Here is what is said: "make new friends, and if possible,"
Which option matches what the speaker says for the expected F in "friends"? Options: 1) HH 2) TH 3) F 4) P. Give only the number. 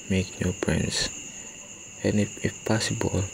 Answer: 4